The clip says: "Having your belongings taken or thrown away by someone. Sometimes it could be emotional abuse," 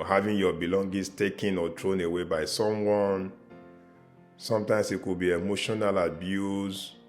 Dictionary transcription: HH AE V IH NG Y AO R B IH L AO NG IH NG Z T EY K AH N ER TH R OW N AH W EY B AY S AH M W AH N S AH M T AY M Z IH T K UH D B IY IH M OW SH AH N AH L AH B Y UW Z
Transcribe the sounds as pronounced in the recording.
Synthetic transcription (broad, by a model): HH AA V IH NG Y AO B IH L AO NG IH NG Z T EY K AH N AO T R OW N AH W EY B AY S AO M W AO N S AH M T AY M S IH T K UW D B IY IH M OW SH AH N AH L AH B Y UW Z